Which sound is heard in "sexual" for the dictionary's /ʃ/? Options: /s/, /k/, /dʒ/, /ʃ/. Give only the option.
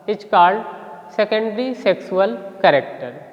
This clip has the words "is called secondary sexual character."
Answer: /s/